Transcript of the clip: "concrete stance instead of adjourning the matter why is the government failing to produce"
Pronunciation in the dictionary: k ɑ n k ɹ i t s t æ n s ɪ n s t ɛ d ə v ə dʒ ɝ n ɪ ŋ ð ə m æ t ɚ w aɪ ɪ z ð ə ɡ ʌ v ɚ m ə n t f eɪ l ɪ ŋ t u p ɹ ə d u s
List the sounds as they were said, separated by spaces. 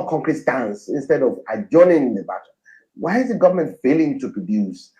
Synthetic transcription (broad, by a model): k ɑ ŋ k ɹ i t s t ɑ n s ɪ n s t ɛ d ə v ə dʒ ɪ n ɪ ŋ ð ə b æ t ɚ w aɪ ɪ z ð ə ɡ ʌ v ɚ m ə n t f eɪ l ɪ ŋ t u p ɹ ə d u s